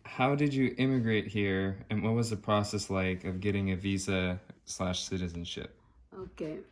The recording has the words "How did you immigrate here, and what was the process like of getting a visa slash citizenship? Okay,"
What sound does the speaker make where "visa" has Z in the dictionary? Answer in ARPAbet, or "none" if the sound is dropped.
Z